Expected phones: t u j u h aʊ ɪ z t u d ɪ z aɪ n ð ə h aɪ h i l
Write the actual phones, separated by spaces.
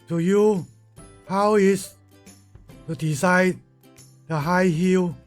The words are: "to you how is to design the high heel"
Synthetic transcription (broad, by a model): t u j u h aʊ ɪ s t u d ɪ s aɪ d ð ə h aɪ h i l